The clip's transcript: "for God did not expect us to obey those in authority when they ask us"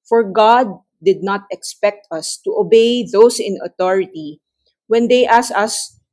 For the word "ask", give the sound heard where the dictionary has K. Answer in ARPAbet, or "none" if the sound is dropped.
none